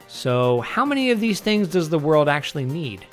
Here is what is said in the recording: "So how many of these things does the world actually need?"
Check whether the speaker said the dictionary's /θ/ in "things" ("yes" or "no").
yes